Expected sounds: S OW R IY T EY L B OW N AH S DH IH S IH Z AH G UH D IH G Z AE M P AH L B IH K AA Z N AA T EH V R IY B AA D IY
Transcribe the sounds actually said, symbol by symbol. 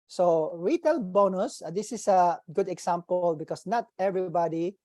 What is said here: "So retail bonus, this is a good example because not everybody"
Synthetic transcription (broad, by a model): S OW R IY T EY L B OW N AH S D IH S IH S AH G UH D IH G S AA M P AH L B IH K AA S N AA T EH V R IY B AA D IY